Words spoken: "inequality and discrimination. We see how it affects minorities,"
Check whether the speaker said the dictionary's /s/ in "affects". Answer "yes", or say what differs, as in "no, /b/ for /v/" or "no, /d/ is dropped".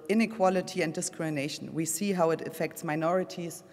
yes